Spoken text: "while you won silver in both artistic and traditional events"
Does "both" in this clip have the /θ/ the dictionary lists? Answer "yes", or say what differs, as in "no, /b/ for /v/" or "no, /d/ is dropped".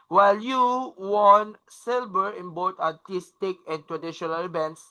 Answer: no, /t/ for /θ/